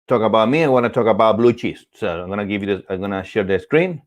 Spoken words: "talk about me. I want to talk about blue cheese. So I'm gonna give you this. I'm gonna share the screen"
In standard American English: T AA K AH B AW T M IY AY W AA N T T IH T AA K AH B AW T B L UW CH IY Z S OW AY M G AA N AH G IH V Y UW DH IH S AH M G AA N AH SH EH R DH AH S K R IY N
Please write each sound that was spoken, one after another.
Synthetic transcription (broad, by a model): T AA K AH B AW T M IY AY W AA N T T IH T AA K AH B AW T B L UW CH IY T S OW AY M G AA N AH G IH V Y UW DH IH AH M G AA N AH SH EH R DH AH S K R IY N